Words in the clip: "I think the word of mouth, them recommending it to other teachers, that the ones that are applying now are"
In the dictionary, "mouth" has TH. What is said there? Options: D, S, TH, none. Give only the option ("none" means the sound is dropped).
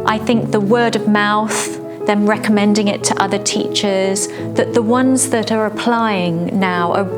TH